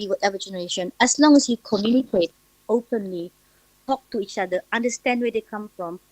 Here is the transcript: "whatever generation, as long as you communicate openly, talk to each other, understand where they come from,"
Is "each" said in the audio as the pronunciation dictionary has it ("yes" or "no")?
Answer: yes